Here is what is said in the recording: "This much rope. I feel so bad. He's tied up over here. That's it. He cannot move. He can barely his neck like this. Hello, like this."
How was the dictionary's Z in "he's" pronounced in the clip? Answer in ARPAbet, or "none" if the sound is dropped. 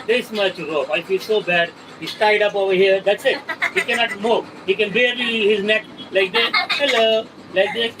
S